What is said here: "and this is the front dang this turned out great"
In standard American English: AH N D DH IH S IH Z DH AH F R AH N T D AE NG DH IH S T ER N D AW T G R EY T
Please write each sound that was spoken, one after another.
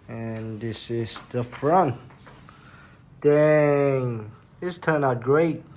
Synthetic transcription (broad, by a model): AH N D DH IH S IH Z DH AH F R AH N T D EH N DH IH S T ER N AW G R EY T